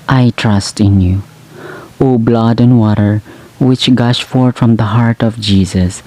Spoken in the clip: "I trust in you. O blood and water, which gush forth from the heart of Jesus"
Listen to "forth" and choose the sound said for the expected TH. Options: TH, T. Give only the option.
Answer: T